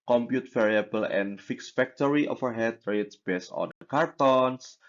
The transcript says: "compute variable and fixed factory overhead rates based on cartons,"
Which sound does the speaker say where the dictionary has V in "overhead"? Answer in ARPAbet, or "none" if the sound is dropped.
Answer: F